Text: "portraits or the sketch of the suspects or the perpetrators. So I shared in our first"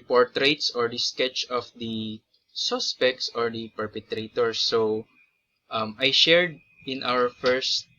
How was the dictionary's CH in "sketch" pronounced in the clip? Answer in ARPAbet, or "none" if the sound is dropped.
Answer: CH